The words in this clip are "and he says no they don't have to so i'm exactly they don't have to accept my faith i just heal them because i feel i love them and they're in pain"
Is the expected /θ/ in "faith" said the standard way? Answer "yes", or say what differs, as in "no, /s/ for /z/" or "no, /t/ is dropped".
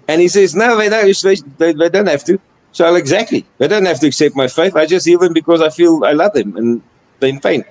yes